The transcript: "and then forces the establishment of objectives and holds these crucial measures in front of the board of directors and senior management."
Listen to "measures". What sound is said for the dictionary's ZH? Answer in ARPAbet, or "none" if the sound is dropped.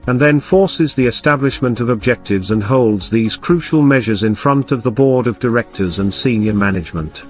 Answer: ZH